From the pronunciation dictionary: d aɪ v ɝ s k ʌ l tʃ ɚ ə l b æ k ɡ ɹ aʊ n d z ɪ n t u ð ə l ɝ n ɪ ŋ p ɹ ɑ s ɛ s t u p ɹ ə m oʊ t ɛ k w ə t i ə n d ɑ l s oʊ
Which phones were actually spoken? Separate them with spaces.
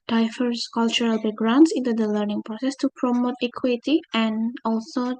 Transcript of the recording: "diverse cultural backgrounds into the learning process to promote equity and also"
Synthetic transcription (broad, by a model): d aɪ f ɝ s k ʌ l tʃ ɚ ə l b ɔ ɡ ɹ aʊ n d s ɪ n t u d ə l ɝ n ɪ ŋ p ɹ ɑ s ɛ s t u p ɹ ə m oʊ t ɛ k w ə t i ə n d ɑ l s oʊ